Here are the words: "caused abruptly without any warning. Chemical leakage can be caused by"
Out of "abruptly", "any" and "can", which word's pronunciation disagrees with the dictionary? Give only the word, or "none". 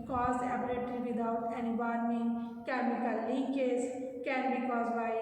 abruptly